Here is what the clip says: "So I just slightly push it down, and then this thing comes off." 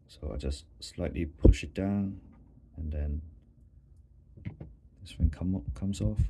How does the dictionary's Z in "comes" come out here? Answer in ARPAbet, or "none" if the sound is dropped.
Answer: S